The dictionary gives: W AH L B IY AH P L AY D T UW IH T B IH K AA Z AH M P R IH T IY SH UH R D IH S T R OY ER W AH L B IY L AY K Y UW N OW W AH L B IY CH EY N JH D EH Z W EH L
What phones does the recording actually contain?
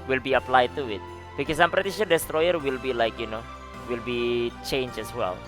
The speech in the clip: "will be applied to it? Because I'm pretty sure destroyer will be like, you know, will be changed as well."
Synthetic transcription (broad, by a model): W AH L B IY AH P L AY D T UW IH T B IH K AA S AH M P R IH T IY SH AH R D IH S T R OY ER W AH L B IY L AY K Y UW N OW W AH L B IY CH EY N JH EH S W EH L